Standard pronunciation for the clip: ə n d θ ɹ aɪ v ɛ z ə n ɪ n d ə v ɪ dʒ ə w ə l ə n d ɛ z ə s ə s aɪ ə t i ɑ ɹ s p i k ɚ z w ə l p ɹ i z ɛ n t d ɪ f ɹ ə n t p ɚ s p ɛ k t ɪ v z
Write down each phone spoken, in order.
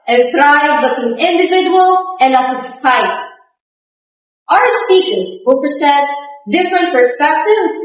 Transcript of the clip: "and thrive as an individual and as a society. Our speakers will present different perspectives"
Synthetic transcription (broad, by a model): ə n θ ɹ aɪ b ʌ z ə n ɪ n d ə v ɪ dʒ ə w ə l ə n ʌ s ə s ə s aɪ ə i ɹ s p i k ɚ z w ə l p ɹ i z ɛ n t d ɪ f ɹ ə n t p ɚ s p ɛ k t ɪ v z